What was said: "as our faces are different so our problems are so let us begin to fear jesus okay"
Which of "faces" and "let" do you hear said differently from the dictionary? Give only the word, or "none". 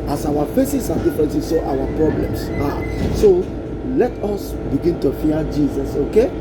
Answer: faces